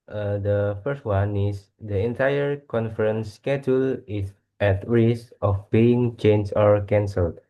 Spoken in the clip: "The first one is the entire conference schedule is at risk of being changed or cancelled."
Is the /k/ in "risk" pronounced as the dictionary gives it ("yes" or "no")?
no